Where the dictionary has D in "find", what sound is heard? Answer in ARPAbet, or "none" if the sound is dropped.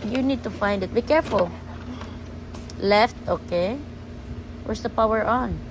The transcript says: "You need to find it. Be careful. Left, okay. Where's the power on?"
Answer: D